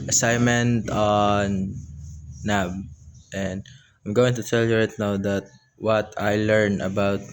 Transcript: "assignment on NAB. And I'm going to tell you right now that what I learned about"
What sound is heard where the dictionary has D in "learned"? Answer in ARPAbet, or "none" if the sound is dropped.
none